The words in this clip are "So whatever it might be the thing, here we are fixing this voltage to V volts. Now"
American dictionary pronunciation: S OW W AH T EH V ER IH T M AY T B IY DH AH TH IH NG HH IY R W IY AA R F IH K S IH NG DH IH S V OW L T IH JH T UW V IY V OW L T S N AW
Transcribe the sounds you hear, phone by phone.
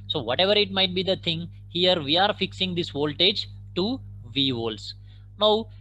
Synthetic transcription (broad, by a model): S OW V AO T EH V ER IH T M AY T B IY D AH T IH NG HH IY R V IY AA R F IH K S IH NG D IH S V OW L T IH JH T UW V IY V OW L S N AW